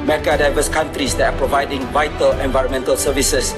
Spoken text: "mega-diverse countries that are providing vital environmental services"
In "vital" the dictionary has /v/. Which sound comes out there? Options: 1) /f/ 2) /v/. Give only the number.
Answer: 2